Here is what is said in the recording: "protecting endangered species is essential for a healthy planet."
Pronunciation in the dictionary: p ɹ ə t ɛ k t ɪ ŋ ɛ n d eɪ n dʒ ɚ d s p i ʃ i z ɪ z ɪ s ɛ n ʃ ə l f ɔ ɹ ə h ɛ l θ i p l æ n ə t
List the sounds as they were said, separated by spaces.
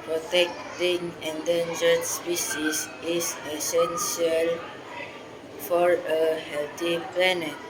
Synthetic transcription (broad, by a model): p ɹ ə t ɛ k t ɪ ŋ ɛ n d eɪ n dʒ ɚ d s p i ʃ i s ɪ s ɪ s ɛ n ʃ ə l f ɔ ɹ ə h ɛ l t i p l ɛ n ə t